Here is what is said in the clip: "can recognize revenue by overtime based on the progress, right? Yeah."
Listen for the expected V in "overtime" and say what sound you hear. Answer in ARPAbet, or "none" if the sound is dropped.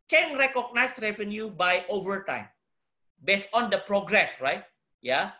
V